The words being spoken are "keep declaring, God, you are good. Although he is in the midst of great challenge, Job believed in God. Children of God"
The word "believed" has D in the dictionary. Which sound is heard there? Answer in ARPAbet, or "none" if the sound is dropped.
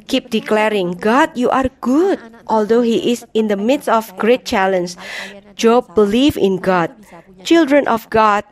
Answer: none